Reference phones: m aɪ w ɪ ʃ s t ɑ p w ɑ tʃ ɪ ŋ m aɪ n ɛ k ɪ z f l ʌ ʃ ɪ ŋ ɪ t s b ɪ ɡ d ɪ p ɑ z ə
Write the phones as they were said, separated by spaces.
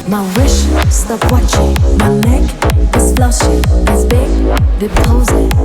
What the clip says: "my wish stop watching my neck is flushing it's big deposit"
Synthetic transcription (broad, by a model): m aɪ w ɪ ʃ s t ɑ p w ɑ tʃ ɪ ŋ m aɪ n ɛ k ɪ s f l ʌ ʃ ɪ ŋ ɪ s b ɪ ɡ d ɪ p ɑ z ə